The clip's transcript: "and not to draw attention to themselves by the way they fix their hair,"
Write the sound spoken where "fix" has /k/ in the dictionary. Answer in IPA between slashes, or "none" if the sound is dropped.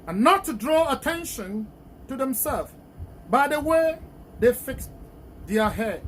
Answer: /k/